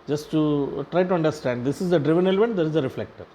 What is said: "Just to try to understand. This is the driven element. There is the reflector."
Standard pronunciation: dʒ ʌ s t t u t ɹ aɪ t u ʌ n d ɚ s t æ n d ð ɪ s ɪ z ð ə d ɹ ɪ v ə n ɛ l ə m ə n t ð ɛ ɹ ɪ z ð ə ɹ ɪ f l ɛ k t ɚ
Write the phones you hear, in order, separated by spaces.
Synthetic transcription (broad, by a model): dʒ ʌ s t t u t ɹ aɪ t u ʌ n d ɚ s t æ n d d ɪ s ɪ z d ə d ɹ ɪ v ə n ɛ l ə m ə n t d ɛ ɹ ɪ z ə ɹ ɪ f l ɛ k t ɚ